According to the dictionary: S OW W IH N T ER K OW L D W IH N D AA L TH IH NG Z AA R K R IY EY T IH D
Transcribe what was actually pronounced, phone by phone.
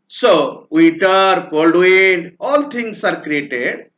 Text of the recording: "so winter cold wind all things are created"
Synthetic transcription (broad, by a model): S OW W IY T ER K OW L D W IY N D AA L T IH NG S AA R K R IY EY T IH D